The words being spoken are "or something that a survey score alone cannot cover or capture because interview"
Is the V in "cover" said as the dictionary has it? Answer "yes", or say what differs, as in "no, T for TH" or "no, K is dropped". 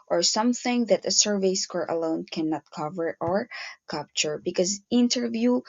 yes